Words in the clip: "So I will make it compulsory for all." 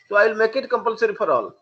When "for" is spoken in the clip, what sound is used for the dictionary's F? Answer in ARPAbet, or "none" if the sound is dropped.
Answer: P